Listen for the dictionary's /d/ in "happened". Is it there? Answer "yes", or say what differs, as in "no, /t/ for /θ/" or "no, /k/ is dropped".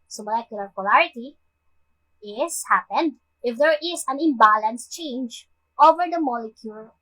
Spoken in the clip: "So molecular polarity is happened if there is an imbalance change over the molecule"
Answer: yes